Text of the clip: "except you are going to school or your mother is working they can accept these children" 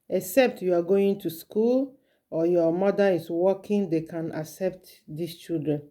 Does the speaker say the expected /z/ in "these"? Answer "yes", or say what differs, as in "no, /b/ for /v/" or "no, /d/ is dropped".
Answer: no, /s/ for /z/